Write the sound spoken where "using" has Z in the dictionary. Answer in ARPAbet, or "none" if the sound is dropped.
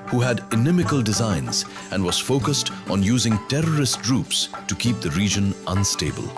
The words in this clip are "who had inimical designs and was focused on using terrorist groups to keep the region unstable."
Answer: Z